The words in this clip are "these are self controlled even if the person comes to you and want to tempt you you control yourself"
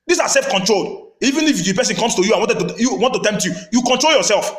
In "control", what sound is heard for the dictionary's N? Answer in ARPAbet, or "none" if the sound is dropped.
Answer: N